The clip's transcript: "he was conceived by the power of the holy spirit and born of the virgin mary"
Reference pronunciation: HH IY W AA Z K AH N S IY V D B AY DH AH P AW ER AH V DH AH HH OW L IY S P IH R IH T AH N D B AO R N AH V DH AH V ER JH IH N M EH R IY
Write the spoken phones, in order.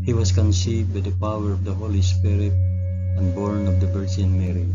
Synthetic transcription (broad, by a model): HH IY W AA S K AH N S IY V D B AY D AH P AW ER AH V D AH HH OW L IY S P IH R IH T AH N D B AO R N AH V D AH B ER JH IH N M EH R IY